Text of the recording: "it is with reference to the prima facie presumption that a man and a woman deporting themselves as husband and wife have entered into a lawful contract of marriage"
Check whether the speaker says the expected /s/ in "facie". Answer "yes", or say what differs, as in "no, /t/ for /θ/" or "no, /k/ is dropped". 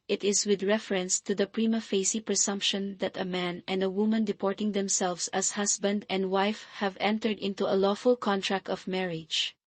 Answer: yes